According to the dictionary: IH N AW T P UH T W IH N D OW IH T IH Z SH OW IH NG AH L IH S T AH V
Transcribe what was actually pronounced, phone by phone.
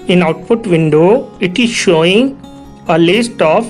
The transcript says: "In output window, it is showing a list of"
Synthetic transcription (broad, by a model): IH N AW T P UH T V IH N D OW IH T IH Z SH OW IH NG AH L IH S T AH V